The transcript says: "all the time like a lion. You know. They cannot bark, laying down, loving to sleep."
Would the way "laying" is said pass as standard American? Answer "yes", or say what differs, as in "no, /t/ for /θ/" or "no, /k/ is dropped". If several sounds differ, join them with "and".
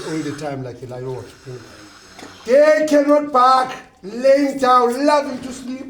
yes